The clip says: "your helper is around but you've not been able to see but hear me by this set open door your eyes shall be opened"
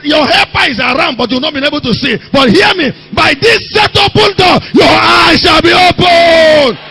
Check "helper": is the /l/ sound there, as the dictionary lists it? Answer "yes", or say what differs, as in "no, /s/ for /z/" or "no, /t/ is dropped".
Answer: no, /l/ is dropped